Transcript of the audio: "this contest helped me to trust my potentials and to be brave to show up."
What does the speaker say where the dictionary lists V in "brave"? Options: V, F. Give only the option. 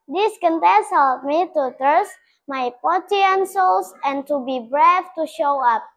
F